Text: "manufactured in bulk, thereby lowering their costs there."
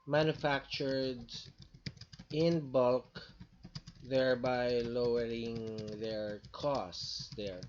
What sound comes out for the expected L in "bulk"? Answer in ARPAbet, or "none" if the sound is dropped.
L